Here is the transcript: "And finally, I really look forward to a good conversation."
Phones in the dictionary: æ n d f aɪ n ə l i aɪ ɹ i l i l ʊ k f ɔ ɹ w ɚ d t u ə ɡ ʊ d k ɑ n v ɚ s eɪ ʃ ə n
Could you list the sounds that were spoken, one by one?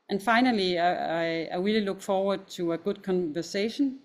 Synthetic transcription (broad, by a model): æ n f aɪ n ə l i aɪ w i l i l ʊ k f ɔ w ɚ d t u ə ɡ ʊ d k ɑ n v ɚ s eɪ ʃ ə n